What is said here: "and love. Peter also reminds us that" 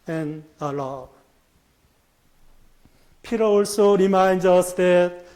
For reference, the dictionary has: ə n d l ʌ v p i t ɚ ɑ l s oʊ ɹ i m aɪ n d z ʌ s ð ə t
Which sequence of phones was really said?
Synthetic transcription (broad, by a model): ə n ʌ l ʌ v p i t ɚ ɑ l s oʊ ɹ i m aɪ n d ʌ s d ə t